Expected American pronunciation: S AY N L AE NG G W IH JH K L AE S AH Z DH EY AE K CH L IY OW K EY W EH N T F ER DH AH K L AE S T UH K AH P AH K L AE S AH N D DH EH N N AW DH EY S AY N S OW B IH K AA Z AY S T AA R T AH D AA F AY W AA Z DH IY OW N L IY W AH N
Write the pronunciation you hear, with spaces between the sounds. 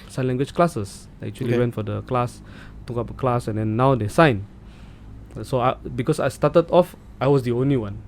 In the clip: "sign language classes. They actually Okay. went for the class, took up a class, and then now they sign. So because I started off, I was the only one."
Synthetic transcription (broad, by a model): S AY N L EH NG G W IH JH K L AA S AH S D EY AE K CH IY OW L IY W EH N T F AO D AH K L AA S T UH K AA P AH K L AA S AH N D EH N N AW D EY S AY N S OW B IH K AA S AY S T AA T AH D AA F AY W AA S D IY OW N L IY W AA N